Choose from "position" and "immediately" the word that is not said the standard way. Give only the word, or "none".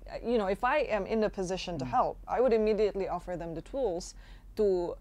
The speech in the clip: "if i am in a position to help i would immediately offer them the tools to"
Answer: none